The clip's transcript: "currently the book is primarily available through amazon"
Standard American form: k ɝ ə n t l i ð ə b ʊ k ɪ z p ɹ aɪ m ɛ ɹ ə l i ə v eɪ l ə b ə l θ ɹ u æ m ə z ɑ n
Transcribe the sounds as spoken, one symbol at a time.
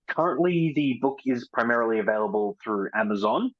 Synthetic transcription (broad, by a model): k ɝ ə n t l i ð ə b ʊ k ɪ z p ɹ aɪ m ɛ ɹ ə l i ə v eɪ l ə b ə l θ ɹ u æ m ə z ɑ n